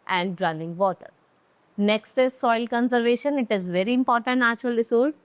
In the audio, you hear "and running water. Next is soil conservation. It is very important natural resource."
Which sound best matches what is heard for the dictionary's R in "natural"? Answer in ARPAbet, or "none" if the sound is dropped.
none